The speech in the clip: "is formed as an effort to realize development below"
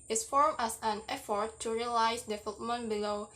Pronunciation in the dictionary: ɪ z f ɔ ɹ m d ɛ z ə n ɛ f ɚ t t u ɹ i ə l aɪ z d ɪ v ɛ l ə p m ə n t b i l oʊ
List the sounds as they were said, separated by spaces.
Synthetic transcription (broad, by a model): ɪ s f ɔ ɹ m ɛ s ə n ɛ f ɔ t t u ɹ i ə l aɪ s d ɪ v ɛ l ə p m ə n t b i l oʊ